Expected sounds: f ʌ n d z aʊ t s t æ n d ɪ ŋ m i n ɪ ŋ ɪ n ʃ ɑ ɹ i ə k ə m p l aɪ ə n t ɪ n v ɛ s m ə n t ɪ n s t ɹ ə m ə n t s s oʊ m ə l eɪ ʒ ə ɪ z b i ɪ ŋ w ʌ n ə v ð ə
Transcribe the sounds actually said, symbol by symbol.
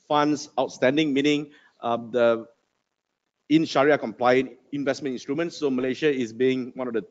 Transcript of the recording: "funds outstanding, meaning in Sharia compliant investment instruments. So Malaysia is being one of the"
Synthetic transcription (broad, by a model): f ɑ n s aʊ t s t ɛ n d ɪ ŋ m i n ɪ ŋ ɪ n ʃ ɑ ɹ i ə k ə m p l aɪ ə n ɪ n v ɛ s m ə n t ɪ n s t ɹ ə m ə n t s s oʊ m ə l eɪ ʃ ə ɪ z b i ɪ ŋ w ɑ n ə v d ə